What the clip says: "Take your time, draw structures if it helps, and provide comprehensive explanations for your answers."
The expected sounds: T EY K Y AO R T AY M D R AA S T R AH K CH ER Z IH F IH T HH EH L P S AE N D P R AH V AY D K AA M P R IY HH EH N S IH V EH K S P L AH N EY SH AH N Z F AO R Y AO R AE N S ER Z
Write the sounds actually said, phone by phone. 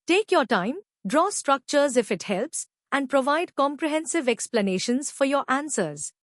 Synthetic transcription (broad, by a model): T EY K Y AO R T AY M D R AA S T R AH K CH ER Z IH F IH T HH EH L P S AE N D P R AH V AY D K AA M P R IY HH EH N S IH V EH K S P L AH N EY SH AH N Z F AO R Y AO R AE N S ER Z